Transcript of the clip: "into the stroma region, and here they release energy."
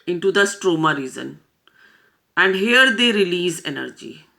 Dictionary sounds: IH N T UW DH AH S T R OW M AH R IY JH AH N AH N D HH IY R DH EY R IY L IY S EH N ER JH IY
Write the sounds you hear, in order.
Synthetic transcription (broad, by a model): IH N T UW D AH S T R OW M AH R IY Z AH N AH N D HH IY R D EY R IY L IY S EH N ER JH IY